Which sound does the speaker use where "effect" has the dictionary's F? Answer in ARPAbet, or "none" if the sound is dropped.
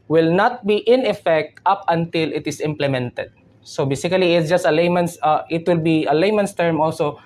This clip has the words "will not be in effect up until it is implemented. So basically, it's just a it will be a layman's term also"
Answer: F